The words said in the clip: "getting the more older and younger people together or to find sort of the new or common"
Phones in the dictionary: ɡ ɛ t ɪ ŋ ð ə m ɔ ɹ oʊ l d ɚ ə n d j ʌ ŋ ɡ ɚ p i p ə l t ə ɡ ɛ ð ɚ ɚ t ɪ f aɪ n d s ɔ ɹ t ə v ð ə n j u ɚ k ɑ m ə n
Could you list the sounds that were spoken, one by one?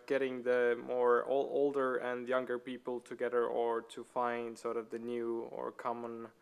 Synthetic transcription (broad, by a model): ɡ ɛ t ɪ ŋ ð ə m ɔ ɹ oʊ l d ɚ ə n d j ʌ ŋ ɡ ɚ p i p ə l t ə ɡ ɛ ð ɚ ɚ t ɪ f aɪ n d s ɔ ɹ t ə v ð ə n j u ɚ k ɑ m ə n